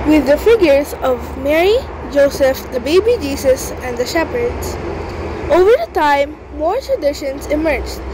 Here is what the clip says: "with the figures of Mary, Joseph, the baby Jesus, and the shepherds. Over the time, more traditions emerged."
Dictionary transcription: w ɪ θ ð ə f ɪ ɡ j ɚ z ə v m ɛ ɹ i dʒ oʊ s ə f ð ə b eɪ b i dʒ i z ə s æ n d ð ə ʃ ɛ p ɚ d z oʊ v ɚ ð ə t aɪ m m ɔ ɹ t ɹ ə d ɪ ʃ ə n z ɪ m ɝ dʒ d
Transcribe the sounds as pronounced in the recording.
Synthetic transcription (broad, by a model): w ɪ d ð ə f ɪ ɡ j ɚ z ə v m ɛ ɹ i dʒ oʊ s ə f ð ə b eɪ b i dʒ i s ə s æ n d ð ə ʃ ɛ p ɚ d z oʊ v ɚ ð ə t aɪ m m ɔ ɹ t ɹ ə d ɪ ʃ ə n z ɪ m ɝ dʒ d